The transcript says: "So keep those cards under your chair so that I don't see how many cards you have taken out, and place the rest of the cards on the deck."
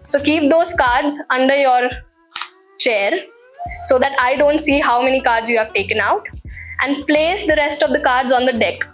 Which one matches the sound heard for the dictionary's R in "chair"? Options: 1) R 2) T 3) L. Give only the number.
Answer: 1